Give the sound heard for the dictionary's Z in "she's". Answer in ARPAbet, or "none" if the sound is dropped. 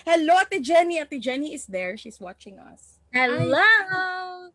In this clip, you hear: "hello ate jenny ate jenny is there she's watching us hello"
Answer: S